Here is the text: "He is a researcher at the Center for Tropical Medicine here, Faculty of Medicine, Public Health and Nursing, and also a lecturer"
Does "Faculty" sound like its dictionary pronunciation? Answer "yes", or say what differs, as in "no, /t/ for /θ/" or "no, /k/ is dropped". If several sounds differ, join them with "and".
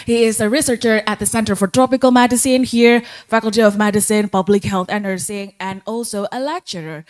yes